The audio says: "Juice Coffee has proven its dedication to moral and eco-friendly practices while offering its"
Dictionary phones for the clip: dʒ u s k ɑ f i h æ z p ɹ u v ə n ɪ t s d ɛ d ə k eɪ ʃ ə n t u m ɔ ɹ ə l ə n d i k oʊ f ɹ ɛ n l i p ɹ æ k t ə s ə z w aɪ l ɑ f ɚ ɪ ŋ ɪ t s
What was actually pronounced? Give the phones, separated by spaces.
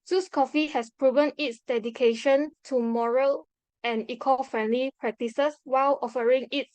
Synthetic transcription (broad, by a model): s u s k ɑ f i h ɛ s p ɹ u v ə n ɪ t s d ɛ d ə k eɪ ʃ ə n t u m ɔ ɹ ə l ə n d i k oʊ f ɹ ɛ n l i p ɹ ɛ k t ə s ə s w aɪ l ɑ f ɚ ɪ ŋ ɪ t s